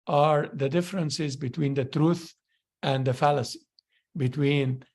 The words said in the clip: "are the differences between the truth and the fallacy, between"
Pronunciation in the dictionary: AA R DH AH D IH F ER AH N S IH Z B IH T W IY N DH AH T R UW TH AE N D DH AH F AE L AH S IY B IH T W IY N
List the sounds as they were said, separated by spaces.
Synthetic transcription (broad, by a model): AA R DH AH D IH F ER AH N S IH Z B IH T W IY N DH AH T R UW TH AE N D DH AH F AE L AH S IY B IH T W IY N